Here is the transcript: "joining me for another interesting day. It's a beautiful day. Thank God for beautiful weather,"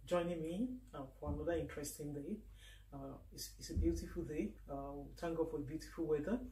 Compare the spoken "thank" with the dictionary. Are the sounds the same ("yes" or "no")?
no